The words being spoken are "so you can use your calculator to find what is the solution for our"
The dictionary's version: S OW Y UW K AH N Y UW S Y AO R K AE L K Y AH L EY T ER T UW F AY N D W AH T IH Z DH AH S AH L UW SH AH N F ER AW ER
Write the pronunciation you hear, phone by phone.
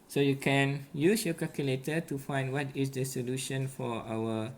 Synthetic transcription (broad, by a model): S OW Y UW K AH N Y UW S Y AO K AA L K Y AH L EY T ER T UW F AY N D W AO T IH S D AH S AH L UW SH AH N F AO AW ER